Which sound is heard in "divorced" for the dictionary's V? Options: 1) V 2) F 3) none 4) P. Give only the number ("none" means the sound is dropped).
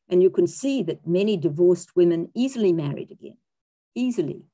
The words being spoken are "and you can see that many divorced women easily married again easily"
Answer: 1